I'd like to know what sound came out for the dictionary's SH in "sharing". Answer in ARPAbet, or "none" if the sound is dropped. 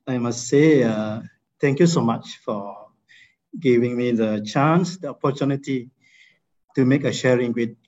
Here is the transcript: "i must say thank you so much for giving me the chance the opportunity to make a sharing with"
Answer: SH